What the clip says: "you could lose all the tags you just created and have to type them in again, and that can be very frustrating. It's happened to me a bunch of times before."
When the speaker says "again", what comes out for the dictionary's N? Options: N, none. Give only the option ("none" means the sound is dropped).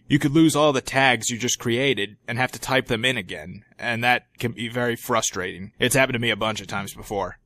N